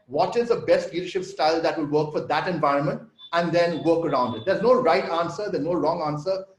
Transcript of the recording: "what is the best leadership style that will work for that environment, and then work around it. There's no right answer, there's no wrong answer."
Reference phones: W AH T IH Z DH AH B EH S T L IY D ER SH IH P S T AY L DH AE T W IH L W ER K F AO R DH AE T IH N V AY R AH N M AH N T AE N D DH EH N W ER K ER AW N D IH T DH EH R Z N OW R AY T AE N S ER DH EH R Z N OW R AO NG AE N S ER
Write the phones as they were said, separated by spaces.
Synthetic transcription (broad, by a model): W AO T IH Z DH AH B EH S T L IY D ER SH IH P S T AY L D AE T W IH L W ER K F AO R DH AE T IH N V AY R AH N M AH N T AE N D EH N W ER K ER AW N D IH T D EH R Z N OW R AY T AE N S ER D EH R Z N OW R AO NG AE N S ER